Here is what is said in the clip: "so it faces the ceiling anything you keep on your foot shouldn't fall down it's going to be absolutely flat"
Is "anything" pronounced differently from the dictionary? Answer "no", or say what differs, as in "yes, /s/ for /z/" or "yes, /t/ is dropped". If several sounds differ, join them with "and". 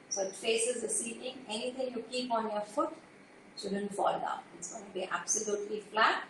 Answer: yes, /t/ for /θ/